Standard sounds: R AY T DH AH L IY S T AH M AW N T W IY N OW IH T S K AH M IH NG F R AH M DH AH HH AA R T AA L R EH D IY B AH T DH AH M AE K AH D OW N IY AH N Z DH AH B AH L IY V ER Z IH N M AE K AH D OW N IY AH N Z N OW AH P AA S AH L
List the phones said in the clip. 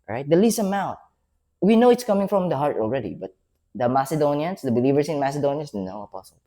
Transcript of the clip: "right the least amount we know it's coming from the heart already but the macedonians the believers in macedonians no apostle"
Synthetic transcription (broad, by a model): R AY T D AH L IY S AH M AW T W IY N OW IH T S K AH M IH NG F R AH M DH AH HH AA R T AA L R EH D IY B AH T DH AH M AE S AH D OW N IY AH N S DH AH B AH L IY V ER S IH N M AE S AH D OW N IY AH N S N OW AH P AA S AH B